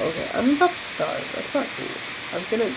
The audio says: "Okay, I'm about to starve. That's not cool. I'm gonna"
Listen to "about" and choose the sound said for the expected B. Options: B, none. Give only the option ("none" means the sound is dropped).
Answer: none